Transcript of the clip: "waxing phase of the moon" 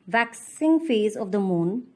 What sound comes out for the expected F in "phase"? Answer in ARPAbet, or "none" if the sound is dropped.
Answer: F